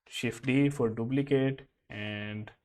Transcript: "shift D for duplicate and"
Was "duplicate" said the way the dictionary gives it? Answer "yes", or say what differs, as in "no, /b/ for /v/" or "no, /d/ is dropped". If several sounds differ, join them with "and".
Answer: no, /b/ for /p/